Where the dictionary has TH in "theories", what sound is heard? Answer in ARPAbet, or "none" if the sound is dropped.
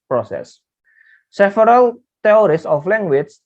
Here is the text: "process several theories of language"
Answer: T